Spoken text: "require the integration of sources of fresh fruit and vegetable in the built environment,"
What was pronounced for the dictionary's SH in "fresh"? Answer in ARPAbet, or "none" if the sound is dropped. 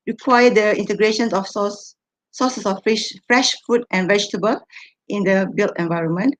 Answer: SH